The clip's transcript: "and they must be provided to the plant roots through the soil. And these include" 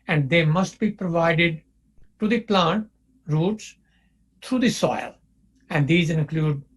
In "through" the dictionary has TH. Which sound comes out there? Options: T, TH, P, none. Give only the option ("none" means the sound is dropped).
T